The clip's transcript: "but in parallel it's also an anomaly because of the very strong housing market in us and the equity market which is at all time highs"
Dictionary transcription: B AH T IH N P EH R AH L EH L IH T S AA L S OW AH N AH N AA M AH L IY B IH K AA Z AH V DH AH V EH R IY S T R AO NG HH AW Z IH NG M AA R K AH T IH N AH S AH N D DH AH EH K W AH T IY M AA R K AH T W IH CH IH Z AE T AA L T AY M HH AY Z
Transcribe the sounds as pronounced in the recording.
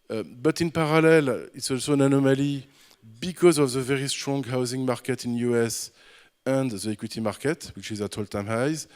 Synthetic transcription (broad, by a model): B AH T IH N P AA R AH L EH L IH T S AA L S OW N AH N AA M AH L IY B IH K AA Z AH V DH AH V EH R IY S T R AO NG HH AW Z IH NG M AA R K AH T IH N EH S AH N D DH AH EH K W AH T IY M AA R K AH T W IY CH IH Z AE T AA L T AY M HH AY Z